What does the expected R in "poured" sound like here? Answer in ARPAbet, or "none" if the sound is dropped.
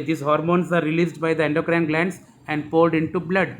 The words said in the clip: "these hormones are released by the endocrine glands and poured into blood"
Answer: L